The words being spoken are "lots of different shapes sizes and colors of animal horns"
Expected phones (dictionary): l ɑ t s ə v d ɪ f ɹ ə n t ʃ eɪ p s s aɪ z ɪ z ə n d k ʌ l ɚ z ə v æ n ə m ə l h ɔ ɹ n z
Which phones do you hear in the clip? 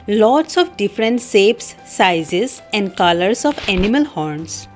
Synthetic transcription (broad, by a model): l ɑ t s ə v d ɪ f ɹ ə n t s eɪ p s s aɪ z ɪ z ə n d k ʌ l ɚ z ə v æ n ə m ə l h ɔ ɹ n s